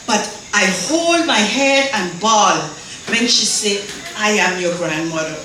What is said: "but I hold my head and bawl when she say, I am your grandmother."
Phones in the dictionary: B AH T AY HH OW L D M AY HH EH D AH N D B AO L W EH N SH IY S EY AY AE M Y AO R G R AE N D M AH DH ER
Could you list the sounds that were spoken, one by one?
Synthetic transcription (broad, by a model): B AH T AY HH OW L D M AY HH EH D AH N B AO L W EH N SH IY S EY AY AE M Y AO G R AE N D M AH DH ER